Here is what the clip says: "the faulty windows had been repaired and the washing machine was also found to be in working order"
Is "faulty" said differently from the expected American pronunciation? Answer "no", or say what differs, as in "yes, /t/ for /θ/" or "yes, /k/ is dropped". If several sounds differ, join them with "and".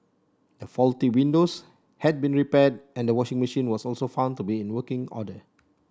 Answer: no